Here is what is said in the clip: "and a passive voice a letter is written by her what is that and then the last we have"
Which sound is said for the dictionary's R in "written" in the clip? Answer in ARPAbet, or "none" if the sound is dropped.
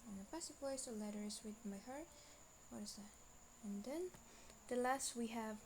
W